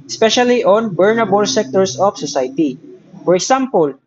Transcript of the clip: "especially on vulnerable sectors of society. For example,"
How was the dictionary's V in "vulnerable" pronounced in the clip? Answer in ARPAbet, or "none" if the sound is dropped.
B